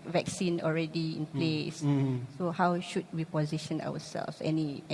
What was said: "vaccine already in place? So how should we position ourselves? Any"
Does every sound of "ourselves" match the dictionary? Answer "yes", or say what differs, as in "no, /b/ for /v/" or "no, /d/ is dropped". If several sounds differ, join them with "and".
no, /w/ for /ɹ/